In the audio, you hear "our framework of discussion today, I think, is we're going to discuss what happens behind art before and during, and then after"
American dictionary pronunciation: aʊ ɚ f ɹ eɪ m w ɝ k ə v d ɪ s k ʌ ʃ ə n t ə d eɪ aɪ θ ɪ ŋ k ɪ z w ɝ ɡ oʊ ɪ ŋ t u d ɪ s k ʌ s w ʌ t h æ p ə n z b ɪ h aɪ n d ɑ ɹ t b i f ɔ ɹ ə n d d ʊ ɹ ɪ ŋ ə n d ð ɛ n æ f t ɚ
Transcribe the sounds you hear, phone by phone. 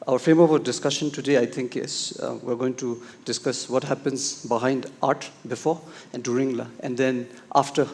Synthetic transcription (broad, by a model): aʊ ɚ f eɪ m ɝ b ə d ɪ s k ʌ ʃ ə n t ə d eɪ aɪ t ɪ ŋ k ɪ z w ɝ ɡ oʊ ɪ ŋ t u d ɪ s k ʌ s w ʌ t h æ p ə n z b ɪ h aɪ n d ɑ ɹ t b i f ɔ ɹ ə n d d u ɹ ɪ ŋ ə n d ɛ n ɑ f t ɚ